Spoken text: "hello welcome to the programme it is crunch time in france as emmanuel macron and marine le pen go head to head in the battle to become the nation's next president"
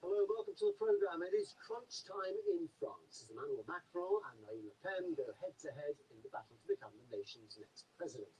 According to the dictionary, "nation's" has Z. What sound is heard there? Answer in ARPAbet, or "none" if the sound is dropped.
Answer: Z